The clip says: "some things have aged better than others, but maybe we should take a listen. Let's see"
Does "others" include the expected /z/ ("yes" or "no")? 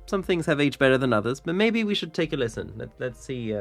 yes